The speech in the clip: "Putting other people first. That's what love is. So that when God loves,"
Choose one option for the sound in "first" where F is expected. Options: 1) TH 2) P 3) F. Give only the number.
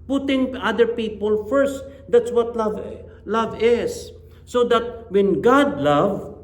3